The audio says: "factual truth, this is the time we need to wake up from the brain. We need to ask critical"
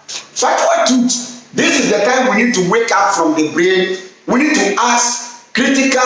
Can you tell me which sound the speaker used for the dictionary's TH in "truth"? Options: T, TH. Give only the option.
T